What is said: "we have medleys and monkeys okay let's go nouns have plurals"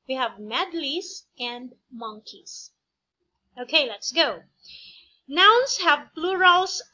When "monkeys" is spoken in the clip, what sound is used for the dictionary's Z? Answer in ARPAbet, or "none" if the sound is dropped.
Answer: S